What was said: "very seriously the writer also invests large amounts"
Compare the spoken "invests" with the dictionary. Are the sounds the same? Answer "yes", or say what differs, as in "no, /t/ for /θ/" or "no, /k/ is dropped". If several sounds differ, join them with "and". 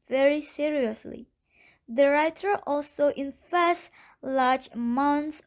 no, /f/ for /v/